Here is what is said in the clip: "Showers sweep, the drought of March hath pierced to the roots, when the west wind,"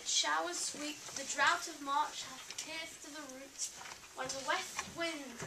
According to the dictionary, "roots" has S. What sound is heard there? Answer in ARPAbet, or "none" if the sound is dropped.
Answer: none